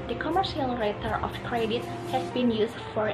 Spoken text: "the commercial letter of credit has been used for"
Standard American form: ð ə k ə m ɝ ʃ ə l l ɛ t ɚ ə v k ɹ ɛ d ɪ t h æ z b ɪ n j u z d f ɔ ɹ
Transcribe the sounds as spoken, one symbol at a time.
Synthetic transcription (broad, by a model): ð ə k ə m ɝ ʃ ə l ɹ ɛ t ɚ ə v k ɹ ɛ d ɪ t h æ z b ɪ n j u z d f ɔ ɹ